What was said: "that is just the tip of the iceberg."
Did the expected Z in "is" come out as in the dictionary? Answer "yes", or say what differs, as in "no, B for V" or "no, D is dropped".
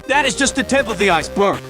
yes